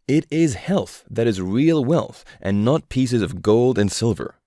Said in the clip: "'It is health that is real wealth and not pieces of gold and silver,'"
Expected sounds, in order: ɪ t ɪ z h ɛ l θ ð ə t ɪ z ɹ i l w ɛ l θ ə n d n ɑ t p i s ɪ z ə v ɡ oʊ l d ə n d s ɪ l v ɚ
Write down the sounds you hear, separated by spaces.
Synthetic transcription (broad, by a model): ɪ t ɪ z h ɛ l θ ð ə t ɪ z ɹ i l w ɛ l θ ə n n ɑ t p i s ɪ z ə v ɡ oʊ l d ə n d s ɪ l v ɚ